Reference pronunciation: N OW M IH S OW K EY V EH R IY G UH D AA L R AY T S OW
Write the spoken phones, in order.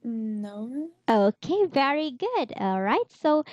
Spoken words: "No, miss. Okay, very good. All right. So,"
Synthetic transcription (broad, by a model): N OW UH OW K EY V EH R IY G UH D AA L R AY T S OW